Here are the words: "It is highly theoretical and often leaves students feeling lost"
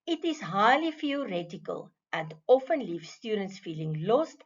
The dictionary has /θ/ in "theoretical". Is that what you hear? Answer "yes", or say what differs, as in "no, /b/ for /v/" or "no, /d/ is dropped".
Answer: no, /f/ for /θ/